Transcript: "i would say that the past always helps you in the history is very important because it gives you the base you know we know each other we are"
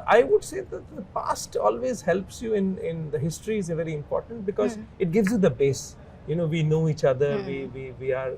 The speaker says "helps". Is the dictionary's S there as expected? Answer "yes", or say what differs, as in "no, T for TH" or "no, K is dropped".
yes